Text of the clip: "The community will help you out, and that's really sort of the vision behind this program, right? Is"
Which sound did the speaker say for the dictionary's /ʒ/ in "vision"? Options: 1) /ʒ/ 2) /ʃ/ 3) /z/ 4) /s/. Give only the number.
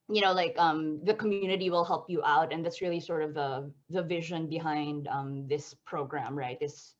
1